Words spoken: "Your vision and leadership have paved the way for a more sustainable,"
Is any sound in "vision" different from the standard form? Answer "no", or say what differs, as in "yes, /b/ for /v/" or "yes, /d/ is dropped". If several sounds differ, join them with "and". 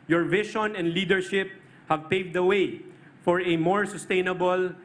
yes, /ʃ/ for /ʒ/